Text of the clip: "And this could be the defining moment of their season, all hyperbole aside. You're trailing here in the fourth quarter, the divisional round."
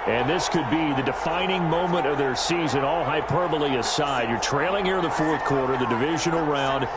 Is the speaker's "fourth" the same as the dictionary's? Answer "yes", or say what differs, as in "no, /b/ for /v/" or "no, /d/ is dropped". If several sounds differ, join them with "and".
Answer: yes